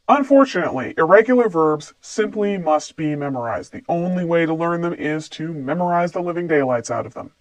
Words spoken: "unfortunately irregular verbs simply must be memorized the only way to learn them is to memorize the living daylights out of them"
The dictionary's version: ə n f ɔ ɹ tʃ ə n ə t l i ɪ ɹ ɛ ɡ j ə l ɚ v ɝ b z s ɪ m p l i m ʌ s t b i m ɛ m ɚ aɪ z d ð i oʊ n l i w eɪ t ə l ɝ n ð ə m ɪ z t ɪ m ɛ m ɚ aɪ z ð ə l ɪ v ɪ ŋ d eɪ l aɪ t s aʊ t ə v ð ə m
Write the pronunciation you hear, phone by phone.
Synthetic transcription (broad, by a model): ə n f ɔ ɹ tʃ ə n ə t l i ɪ ɹ ɛ ɡ j l ɚ v ɝ b z s ɪ m p l i m ʌ s t b i m ɛ m ɚ aɪ z d ð i oʊ n l i w eɪ t ə l ɝ n ð ə m ɪ z t ɪ m ɛ m ɚ aɪ z ð ə l ɪ v ɪ ŋ d eɪ l aɪ t s aʊ t ə v ð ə m